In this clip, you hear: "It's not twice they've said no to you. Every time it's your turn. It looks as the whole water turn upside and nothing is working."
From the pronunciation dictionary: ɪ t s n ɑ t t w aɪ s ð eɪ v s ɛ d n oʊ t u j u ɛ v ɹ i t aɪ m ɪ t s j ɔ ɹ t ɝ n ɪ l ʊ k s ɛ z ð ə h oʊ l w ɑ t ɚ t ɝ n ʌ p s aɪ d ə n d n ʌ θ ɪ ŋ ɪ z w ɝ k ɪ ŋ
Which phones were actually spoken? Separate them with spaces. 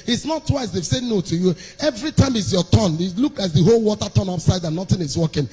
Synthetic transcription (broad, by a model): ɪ t s n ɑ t t w aɪ s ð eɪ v s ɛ n oʊ t u j u ɛ v ɹ i t aɪ m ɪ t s j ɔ t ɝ n ɪ l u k ɑ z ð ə h oʊ l w ɑ t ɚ t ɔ n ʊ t s aɪ d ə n n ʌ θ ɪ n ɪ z w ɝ k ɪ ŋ